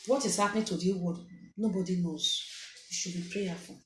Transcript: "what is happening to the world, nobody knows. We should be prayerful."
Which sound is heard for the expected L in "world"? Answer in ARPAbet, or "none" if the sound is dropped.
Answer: none